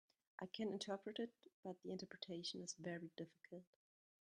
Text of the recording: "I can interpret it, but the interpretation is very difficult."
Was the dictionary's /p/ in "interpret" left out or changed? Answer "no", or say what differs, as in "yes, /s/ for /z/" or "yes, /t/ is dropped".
no